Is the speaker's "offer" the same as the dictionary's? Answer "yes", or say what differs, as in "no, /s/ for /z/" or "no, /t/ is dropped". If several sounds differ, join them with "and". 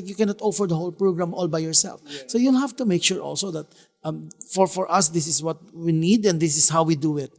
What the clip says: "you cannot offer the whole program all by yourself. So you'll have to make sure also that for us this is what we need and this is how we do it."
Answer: yes